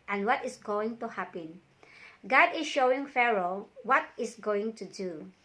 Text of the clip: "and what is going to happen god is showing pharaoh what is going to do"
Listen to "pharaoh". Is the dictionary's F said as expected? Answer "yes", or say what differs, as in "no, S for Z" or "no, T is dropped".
yes